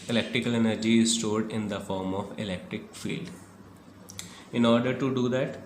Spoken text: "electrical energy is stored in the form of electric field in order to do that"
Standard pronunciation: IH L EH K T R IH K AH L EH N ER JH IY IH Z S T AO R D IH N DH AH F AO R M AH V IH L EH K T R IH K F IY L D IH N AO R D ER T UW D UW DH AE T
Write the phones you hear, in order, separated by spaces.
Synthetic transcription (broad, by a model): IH L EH K T R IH K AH L EH N ER JH IY IH Z S T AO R D IH N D AH F AO R M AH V IH L EH K T R IH K F IY L D IH N AO R D ER T UW D UW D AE T